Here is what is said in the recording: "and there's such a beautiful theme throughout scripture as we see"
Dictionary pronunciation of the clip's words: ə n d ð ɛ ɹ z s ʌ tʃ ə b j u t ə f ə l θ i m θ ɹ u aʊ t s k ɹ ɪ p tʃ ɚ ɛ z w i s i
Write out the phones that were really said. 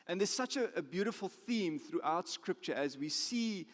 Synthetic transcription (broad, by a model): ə n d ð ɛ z s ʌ tʃ ə b j u t ə f ə l θ i m θ ɹ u aʊ t s k ɹ ɪ p tʃ ɚ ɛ z w i s i